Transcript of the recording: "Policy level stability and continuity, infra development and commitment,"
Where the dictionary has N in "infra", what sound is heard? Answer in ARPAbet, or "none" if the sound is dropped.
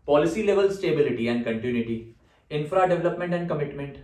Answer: N